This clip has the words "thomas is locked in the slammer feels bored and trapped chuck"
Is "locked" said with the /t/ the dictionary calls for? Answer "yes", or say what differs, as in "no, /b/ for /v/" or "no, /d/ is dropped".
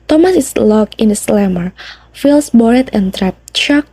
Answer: no, /t/ is dropped